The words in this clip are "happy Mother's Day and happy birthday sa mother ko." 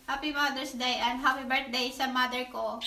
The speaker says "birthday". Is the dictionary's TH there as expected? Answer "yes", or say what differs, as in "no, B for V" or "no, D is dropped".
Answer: no, T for TH